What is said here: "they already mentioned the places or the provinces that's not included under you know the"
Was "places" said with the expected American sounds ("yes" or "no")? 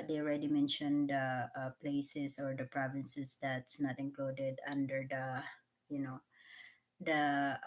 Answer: no